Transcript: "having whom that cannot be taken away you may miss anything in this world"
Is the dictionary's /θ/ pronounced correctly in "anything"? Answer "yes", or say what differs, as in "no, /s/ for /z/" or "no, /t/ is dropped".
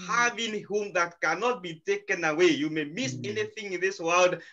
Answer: yes